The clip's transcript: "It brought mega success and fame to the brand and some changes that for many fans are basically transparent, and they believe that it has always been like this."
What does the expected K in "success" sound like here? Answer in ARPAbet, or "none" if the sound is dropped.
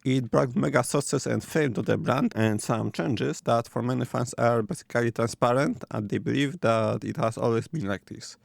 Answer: none